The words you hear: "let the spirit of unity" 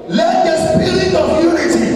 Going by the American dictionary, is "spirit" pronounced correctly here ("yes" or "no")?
no